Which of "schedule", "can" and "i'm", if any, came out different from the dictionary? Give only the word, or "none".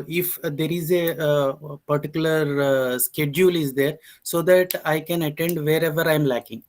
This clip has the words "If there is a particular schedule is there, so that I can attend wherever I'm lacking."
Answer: none